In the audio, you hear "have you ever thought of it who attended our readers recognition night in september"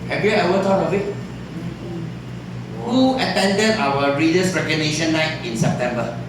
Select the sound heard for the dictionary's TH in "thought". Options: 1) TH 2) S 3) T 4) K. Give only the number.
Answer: 3